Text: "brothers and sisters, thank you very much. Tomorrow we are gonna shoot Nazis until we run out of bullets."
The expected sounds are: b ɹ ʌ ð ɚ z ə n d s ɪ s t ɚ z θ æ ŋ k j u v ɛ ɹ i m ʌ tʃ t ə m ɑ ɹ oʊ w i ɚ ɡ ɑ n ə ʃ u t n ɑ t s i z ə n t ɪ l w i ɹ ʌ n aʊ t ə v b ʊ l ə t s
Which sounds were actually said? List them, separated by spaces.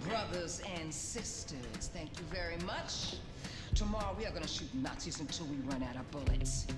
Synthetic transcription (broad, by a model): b ɹ ʌ ð ɚ z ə n s ɪ s t ɚ z θ æ ŋ k j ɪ v ɛ ɹ i m ʌ tʃ t ə m ɑ ɹ oʊ w i ɚ ɡ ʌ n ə ʃ u t n ɑ t s i z ə n t ɪ l w i ɹ ʌ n aʊ t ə b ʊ l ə t s